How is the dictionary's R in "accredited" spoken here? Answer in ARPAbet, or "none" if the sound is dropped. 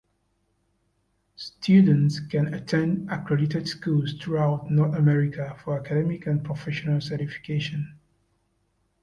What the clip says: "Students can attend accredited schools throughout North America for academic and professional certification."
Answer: R